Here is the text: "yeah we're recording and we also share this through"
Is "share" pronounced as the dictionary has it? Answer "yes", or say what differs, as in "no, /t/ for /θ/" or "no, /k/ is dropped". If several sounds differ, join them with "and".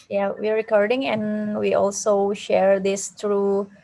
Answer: yes